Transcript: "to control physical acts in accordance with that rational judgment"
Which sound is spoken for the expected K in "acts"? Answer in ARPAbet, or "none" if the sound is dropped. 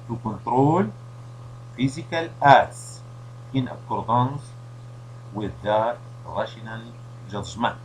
none